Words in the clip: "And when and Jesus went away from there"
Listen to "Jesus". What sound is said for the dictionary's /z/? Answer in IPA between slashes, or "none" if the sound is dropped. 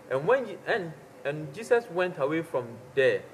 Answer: /s/